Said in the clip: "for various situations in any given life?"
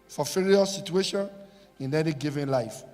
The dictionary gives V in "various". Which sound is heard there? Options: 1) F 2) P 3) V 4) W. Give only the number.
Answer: 1